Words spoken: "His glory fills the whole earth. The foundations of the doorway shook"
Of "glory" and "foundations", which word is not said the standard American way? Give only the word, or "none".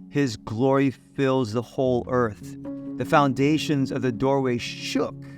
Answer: none